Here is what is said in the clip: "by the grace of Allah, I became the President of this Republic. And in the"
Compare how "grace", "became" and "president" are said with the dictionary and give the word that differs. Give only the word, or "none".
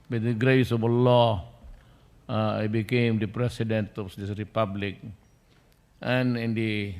president